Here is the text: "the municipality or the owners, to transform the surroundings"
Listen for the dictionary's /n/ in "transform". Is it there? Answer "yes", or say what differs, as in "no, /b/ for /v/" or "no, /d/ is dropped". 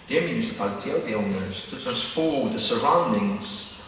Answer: no, /n/ is dropped